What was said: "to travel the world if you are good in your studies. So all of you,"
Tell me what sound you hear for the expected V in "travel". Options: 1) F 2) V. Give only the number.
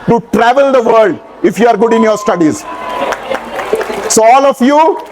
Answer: 2